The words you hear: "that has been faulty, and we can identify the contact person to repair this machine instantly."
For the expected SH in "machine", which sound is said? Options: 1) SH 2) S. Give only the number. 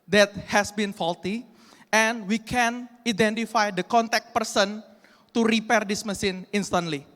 2